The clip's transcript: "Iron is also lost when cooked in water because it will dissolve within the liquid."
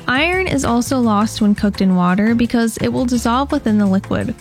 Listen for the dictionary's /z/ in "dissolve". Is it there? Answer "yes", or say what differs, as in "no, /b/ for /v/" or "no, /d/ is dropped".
yes